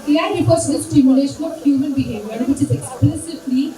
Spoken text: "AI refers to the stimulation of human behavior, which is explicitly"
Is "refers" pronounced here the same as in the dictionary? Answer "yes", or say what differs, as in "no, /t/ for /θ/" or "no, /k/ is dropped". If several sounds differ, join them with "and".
no, /l/ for /ɹ/